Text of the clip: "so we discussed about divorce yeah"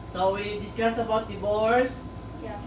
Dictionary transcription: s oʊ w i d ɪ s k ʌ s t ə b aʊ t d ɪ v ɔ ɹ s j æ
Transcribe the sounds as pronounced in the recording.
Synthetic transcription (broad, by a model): s oʊ w i d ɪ s k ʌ s ə b aʊ t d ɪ b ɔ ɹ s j